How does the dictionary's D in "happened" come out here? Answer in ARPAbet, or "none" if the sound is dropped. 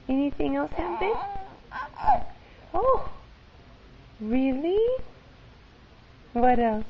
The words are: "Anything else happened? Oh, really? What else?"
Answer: none